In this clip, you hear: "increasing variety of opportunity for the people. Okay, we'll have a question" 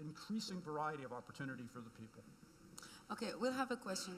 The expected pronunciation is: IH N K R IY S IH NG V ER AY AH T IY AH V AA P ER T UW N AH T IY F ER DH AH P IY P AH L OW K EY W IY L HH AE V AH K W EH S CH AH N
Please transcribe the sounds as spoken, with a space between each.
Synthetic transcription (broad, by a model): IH N K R IY S IH NG V ER AY AH T IY AH V AA P ER T UW N AH T IY F ER DH AH P IY P L OW K EY W IY L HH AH V AH K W EH S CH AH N